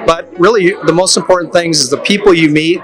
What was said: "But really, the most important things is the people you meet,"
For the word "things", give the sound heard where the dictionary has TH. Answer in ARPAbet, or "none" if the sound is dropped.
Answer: TH